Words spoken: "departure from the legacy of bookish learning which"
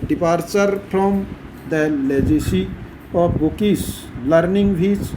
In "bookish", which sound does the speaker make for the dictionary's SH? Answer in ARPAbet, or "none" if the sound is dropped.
S